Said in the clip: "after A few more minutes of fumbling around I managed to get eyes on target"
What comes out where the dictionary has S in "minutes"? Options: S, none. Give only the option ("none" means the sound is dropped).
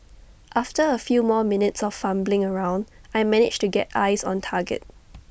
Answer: S